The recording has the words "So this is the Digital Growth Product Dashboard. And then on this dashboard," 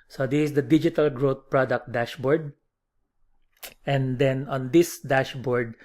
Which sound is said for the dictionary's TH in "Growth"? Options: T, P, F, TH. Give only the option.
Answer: T